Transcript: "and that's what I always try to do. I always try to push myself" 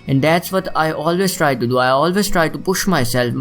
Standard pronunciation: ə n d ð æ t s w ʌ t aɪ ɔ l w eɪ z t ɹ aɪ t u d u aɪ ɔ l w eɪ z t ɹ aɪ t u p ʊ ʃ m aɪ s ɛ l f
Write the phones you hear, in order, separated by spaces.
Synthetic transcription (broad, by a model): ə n d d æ t s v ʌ t aɪ ɔ l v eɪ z t ɹ aɪ t u d u aɪ ɔ l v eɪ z t ɹ aɪ t u p ʊ ʃ m aɪ s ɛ l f